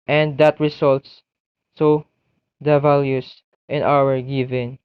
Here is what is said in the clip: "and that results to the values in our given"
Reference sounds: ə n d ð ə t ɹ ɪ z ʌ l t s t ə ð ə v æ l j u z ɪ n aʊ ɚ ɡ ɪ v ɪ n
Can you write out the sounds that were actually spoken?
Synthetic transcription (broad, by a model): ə n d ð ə t ɹ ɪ s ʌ l t s s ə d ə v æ l j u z ɪ n aʊ ɚ ɡ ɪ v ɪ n